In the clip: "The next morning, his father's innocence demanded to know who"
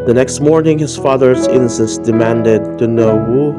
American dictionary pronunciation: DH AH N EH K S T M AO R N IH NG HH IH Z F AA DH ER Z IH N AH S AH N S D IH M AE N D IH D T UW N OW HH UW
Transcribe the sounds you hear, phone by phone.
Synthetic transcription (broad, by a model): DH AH N EH K S T M AO R N IH NG HH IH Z F AA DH ER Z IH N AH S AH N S D IH M AE N D IH D T UW N OW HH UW